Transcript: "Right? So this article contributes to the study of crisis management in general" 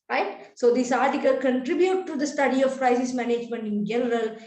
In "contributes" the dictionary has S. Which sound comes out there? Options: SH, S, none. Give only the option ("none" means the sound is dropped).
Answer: none